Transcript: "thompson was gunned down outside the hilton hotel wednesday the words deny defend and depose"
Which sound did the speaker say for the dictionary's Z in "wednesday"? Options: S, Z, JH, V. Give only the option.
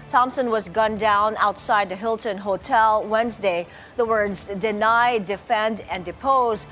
Z